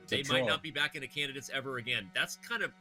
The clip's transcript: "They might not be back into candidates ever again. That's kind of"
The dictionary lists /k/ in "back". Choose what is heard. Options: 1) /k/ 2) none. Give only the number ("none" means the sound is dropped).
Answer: 1